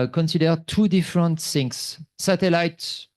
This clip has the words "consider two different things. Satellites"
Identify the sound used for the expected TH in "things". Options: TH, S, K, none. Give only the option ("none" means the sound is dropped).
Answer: S